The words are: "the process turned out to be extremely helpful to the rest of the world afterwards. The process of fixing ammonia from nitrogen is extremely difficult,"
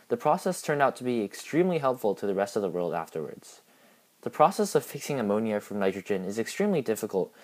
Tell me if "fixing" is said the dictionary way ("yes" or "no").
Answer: yes